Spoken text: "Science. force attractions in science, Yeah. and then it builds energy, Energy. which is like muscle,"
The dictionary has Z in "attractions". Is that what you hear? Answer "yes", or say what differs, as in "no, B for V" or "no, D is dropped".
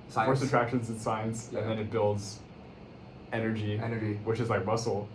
yes